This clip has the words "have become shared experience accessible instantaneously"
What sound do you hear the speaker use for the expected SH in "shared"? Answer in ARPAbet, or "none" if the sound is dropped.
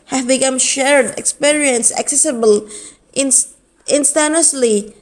SH